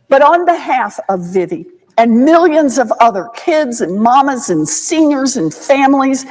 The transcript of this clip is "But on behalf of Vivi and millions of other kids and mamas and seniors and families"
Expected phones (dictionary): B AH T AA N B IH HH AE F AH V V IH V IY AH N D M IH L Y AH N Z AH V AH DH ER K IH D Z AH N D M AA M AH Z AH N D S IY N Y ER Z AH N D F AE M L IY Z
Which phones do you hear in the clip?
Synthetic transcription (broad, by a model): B AH T N B IH HH AE F AH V V IH V IY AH N M IH L Y AH N Z AH V AH DH ER K IH D Z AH N M AA M AH Z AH N S IY N Y ER Z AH N F AE M L IY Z